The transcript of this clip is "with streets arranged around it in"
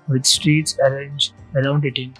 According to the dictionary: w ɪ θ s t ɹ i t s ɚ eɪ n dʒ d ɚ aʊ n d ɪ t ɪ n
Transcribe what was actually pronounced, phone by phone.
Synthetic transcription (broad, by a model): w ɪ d s t ɹ i t s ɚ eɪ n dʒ ɚ aʊ n d ɪ t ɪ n